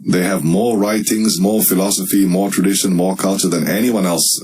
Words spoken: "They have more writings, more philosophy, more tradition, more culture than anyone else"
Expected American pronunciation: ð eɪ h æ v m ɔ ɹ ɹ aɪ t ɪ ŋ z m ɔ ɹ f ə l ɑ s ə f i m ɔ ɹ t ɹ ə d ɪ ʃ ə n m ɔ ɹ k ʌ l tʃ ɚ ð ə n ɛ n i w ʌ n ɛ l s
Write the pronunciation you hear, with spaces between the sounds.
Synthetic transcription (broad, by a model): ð eɪ h æ v m ɔ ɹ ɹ aɪ t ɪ ŋ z m ɔ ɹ f ə l ɑ s ə f i m ɔ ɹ t ɹ ə d ɪ ʃ ə n m ɔ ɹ k ʌ l tʃ ɚ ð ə n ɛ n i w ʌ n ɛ l s